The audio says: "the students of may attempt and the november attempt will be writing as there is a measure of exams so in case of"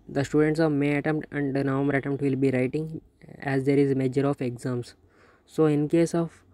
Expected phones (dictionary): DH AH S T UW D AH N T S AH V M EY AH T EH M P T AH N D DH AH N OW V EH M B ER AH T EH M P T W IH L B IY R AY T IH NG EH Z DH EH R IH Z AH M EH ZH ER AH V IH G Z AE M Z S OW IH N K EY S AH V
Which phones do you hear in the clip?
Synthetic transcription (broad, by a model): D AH S T UW D AH N T S AH V M EY AH T EH M P T AH N D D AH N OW M ER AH T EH M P T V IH L B IY R AY T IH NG EH Z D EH R IH Z M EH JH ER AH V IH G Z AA M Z S OW IH N K EY S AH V